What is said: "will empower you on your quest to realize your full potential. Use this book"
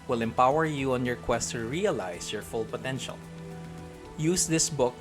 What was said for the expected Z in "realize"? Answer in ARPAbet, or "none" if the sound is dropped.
S